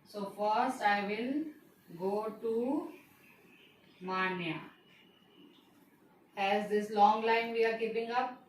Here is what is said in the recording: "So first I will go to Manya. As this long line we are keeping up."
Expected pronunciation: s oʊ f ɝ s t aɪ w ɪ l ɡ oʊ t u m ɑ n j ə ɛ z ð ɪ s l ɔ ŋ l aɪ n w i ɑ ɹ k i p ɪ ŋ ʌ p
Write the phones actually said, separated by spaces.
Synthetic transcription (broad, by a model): s oʊ f ɝ s t aɪ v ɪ l ɡ oʊ t u m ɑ n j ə ɛ z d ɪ s l ɔ ŋ l aɪ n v i ɑ ɹ k i p ɪ ŋ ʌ p